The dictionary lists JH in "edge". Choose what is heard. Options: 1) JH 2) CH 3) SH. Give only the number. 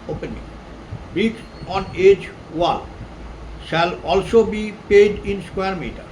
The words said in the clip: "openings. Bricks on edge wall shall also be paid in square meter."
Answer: 1